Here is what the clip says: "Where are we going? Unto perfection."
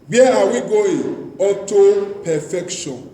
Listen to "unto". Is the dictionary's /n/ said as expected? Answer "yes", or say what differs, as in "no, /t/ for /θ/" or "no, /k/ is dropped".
no, /n/ is dropped